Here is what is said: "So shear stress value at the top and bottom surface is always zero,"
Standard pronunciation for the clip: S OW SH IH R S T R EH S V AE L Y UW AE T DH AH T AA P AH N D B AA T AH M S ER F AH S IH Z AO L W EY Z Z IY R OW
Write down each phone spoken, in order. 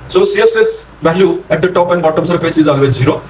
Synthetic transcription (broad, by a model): S OW S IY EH S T EH S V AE L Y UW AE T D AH T AA P AH N D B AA T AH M S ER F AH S IH Z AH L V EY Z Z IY R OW